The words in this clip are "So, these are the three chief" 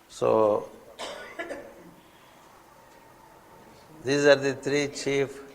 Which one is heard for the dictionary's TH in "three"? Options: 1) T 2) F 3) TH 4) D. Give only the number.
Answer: 1